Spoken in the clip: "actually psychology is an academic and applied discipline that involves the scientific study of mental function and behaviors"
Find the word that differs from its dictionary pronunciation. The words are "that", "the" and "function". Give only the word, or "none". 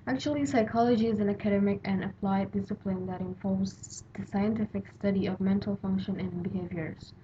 none